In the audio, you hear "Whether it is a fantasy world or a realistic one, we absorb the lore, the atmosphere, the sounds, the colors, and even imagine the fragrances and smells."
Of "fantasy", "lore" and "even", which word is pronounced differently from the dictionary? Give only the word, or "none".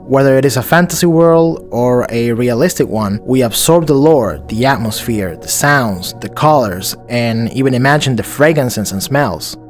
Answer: none